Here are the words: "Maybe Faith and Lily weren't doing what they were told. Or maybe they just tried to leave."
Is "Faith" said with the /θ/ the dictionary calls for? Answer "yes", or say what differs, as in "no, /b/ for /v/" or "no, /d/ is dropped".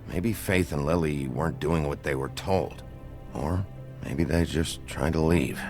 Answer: yes